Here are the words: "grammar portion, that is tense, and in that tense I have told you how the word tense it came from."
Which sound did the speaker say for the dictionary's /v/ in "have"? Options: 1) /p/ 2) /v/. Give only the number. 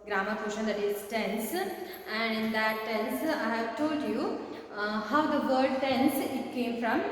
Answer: 2